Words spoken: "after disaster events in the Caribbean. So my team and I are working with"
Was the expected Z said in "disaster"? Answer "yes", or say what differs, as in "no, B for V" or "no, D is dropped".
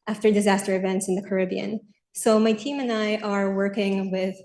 yes